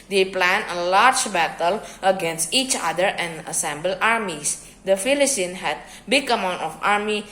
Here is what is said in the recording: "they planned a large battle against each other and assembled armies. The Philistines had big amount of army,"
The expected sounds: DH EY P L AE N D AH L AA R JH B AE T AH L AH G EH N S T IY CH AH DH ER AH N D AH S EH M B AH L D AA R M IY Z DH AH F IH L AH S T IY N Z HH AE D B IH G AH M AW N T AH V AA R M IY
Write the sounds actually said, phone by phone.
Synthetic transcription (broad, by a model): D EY P L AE N AH L AA R JH B AE T AH L AH G EH N S T IY CH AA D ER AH N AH S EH M B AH L AA R M IY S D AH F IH L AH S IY N HH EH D B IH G AH M AW N T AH F AA R M IY